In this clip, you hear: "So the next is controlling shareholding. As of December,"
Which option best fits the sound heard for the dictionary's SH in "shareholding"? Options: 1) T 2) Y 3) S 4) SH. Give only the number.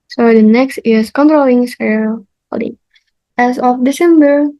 3